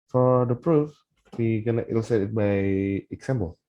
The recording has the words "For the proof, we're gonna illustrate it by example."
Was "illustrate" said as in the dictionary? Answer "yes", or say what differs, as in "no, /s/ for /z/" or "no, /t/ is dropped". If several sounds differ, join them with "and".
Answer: no, /ɹ/ is dropped